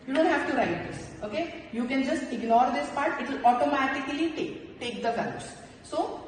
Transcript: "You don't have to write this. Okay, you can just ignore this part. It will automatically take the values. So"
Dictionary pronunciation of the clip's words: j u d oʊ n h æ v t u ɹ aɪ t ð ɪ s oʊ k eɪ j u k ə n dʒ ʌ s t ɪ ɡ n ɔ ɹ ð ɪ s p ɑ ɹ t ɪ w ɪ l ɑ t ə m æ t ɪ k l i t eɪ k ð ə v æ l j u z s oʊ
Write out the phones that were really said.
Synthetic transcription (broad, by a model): j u d oʊ n h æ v t u ɹ aɪ t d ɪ s oʊ k eɪ j u k ə n dʒ ʌ s t ɪ ɡ n ɔ ɹ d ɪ s p ɑ ɹ t ɪ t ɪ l ɑ t ə m æ t ɪ k l i t eɪ k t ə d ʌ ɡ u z s oʊ